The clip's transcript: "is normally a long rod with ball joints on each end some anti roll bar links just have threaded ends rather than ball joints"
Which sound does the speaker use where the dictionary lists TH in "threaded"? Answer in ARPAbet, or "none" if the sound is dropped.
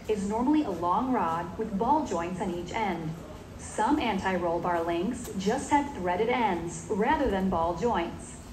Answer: TH